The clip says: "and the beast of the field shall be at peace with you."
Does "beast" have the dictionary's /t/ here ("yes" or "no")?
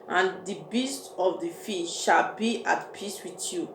yes